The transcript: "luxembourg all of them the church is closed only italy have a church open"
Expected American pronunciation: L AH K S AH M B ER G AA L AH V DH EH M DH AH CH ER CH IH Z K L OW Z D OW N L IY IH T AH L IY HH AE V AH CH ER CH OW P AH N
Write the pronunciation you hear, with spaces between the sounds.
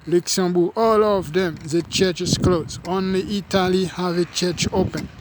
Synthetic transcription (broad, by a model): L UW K S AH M B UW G AA L AH V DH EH M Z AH CH ER CH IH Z K L OW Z OW N L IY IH T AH L IY HH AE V AH CH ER CH OW P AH N